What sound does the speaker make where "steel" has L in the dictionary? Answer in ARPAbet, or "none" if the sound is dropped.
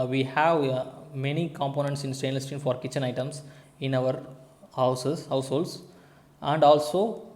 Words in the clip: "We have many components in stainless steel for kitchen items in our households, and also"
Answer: N